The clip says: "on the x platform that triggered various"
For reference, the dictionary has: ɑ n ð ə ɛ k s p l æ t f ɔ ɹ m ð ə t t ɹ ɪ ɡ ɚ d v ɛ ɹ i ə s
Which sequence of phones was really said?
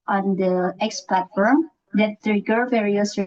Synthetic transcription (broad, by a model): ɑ n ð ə ɛ k s p l æ t f ɔ ɹ m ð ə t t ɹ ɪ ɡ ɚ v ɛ ɹ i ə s